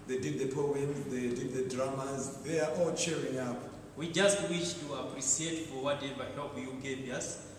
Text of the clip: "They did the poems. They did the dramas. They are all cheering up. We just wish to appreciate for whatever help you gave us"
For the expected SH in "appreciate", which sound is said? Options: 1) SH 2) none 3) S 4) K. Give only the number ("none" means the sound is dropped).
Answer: 3